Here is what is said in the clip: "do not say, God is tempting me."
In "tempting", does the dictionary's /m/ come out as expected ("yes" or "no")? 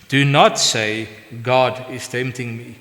yes